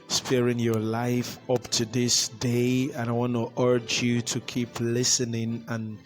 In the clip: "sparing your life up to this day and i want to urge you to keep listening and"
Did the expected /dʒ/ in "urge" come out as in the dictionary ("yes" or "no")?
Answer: yes